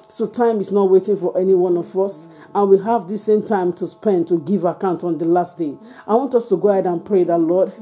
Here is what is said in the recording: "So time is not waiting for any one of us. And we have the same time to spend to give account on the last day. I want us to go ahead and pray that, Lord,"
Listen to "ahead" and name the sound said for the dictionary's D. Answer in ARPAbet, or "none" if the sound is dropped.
D